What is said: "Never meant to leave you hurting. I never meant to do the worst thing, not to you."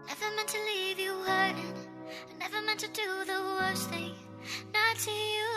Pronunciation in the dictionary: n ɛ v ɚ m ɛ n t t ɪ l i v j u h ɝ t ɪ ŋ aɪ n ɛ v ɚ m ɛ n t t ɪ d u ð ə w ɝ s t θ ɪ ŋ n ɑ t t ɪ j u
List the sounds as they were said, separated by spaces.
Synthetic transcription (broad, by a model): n ɛ v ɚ m ɛ n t t ɪ l i v j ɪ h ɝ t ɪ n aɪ n ɛ v ɚ m ɛ n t t ɪ d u ð ə w ɝ s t θ ɪ ŋ n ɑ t t ɪ j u